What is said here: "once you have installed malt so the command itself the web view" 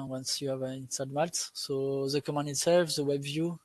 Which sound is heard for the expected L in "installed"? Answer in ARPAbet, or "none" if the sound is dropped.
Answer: none